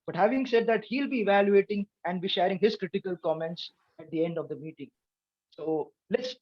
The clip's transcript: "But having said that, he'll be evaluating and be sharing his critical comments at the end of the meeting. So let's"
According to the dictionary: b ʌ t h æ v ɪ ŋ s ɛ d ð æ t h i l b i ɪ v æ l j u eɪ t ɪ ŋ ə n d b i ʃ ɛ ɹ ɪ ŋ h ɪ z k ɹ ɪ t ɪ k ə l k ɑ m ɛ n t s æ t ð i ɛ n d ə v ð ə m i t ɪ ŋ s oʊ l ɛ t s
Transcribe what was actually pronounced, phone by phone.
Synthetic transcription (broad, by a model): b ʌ t h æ v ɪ ŋ s ɛ d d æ t h i l b i ɪ v æ l j u eɪ t ɪ ŋ ə n d b i ʃ ɛ ɹ ɪ ŋ h ɪ z k ɹ ɪ t ɪ k ə l k ɑ m ɛ n t s æ t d i ɛ n d ə v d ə m i t ɪ ŋ s oʊ l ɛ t s